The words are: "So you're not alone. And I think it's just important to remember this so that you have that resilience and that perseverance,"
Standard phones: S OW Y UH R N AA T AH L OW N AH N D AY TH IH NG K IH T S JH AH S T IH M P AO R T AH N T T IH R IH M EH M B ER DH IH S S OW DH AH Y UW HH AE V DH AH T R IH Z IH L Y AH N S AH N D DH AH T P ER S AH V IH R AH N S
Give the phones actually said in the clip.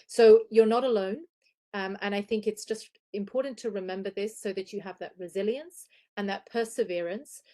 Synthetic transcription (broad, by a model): S OW Y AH R N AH T AH L OW N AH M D AY TH IH NG K IH T S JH AH S T IH M P AO R T N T T IH R IH M EH M B ER DH IH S S OW DH AH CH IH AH V DH AH T R IH Z IH L Y AH N S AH N DH AH T P ER S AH V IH R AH N S